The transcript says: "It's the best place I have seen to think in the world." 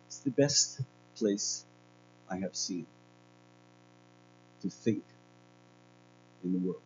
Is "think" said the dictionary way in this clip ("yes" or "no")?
yes